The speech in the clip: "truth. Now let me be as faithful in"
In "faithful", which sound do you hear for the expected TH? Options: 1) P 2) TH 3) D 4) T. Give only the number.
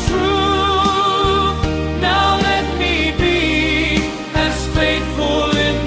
4